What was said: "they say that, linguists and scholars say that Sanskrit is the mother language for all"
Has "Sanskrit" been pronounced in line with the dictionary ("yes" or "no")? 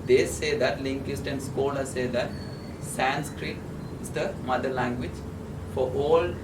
yes